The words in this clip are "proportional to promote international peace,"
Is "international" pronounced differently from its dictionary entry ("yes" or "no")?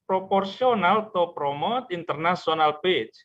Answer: yes